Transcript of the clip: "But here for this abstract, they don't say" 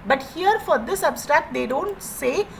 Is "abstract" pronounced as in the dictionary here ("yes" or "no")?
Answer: yes